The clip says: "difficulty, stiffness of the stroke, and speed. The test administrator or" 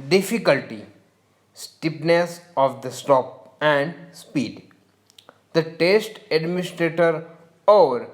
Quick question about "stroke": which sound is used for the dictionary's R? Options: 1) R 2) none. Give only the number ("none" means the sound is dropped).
2